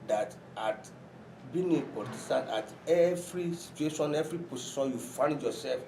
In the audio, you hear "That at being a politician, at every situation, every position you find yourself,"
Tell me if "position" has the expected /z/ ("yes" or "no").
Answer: no